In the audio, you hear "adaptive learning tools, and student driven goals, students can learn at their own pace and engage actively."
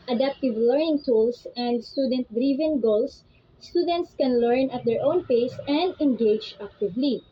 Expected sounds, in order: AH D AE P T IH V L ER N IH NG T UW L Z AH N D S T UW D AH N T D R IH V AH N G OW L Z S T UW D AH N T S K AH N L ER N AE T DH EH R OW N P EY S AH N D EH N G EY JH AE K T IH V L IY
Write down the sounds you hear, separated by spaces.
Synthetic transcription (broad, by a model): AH D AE P T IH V L ER N IH NG T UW L S AH N D S T UW D AH N T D R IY V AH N G OW L S T UW D AH N T S K AH N L ER N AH T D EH R OW N P EY S AH N D EH N G EY JH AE K T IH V L IY